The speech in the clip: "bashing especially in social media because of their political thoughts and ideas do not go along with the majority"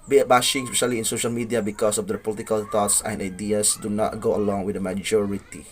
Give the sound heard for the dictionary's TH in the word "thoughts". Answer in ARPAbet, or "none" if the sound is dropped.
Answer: T